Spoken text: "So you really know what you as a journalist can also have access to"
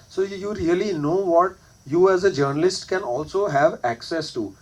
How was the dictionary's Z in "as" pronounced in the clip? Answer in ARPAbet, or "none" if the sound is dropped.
Z